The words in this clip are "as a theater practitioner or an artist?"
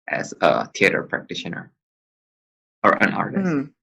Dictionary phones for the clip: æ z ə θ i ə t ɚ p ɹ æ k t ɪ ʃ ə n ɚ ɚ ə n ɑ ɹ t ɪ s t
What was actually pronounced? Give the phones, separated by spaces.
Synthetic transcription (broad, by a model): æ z ə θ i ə t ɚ p ɹ æ k t ɪ ʃ ə n ɚ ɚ ə n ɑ ɹ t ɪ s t